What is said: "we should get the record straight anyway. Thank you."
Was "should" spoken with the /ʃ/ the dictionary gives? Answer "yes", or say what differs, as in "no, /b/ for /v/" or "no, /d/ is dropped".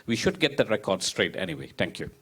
yes